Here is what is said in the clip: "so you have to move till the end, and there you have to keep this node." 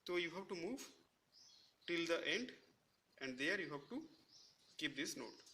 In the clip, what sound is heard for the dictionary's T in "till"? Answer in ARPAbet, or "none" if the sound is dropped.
T